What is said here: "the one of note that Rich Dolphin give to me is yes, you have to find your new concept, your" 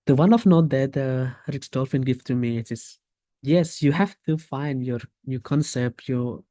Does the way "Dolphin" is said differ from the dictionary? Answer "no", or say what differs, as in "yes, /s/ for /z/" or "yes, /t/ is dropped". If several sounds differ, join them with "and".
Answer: no